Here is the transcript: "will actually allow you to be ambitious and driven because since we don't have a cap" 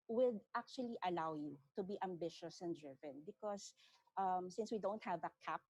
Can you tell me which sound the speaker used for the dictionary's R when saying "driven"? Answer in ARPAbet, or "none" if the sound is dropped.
R